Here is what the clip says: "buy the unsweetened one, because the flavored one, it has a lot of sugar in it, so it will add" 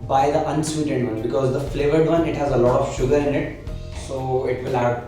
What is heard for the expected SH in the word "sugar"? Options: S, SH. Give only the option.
SH